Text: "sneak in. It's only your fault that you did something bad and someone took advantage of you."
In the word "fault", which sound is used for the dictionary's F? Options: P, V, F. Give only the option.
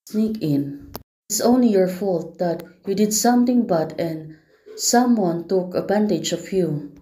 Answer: F